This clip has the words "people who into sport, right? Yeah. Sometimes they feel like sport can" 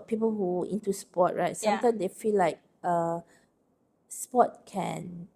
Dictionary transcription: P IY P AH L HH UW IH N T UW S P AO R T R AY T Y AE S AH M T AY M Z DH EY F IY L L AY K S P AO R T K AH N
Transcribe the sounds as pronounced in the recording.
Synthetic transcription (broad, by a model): P IY P AH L HH UW IH N T UW S P AO T R AY T S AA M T AY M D EY F IY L L AY K S P AO T K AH N